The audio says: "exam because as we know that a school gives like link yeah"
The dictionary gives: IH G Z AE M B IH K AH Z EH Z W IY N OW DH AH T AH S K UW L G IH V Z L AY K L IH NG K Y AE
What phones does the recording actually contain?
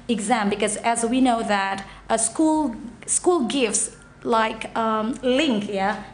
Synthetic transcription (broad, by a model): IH G Z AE M B IH K AH Z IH Z W IY N OW DH AH T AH S K UW L G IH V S L AY K L IH NG K Y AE